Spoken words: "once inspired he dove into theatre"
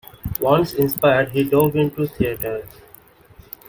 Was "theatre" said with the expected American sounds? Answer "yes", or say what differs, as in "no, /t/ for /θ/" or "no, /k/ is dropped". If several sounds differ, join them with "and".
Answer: no, /t/ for /θ/